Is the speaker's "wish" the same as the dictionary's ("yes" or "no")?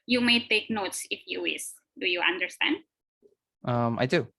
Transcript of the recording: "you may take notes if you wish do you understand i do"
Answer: no